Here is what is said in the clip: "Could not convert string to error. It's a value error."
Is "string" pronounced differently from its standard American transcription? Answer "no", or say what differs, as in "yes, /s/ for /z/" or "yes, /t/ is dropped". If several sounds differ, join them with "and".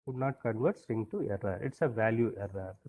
yes, /ɹ/ is dropped